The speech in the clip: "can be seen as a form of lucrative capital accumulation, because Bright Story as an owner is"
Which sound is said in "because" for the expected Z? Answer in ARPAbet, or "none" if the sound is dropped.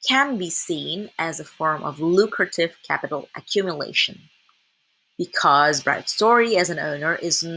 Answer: Z